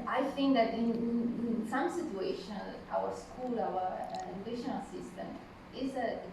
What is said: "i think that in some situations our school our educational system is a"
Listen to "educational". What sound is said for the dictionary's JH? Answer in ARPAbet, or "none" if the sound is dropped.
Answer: none